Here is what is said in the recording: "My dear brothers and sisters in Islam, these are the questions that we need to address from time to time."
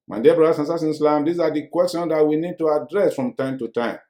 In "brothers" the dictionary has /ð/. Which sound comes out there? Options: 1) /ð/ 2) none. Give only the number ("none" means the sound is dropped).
2